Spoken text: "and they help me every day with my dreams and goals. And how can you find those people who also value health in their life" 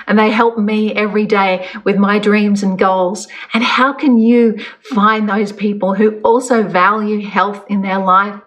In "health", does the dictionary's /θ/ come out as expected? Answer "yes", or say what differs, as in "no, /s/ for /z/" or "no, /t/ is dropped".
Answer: yes